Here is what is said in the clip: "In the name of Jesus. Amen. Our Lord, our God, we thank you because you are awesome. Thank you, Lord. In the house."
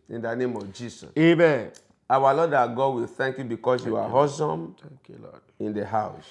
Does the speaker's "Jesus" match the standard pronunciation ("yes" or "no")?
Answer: no